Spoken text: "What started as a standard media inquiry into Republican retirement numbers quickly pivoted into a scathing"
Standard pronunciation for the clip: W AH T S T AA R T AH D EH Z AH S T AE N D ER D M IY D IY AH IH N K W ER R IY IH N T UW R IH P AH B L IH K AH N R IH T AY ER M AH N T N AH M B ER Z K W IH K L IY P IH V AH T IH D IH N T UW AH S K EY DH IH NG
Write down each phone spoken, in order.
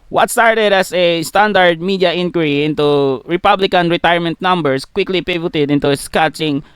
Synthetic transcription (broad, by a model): W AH T S T AA R T AH D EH S AH S T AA N D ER D M IY D IY AH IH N K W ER R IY IH N T UW R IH P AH B L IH K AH N R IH T AY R M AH N T N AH M B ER S K W IH K L IY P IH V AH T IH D IH N T UW S K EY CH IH NG